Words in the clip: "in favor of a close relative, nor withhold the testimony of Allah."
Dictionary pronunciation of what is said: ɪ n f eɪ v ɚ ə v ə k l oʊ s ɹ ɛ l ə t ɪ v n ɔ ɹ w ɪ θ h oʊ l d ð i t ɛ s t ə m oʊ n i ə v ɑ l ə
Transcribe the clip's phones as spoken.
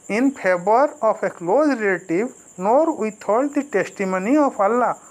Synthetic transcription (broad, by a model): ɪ n p eɪ b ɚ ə p ə k l oʊ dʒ ɹ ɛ l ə t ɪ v n ɔ ɹ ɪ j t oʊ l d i t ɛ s t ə m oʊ n i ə p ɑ l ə